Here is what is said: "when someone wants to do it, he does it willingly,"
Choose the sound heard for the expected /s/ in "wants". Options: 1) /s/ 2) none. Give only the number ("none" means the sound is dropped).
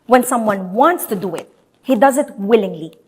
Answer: 1